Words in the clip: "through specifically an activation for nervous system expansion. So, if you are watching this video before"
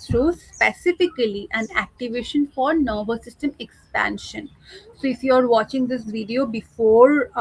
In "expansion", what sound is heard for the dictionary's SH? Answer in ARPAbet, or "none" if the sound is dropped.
SH